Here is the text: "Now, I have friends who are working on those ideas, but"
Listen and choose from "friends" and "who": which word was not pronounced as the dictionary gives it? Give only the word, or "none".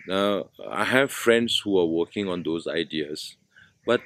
friends